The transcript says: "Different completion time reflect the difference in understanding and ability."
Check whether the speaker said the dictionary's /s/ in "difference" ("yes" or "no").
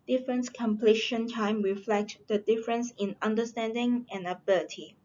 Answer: yes